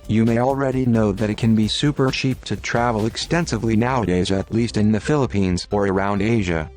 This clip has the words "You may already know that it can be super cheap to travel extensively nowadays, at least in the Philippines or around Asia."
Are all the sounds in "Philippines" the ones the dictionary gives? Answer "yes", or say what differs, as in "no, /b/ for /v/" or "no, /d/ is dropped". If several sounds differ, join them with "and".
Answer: yes